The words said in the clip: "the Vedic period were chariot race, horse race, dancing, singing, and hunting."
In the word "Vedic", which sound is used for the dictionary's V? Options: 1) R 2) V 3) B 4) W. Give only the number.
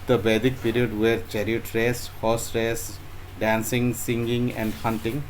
3